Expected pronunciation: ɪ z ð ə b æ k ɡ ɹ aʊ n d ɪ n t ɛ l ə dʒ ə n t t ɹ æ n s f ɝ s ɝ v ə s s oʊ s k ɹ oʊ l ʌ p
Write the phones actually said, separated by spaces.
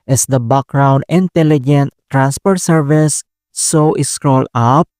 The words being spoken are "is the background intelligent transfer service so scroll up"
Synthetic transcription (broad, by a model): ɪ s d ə b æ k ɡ ɹ aʊ n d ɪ n t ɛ l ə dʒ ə n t t ɹ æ n s p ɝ s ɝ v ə s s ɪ s k ɹ oʊ l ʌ p